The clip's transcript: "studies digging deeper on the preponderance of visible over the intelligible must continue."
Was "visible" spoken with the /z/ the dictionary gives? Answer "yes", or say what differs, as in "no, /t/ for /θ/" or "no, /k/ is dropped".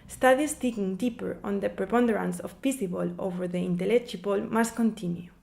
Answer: no, /s/ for /z/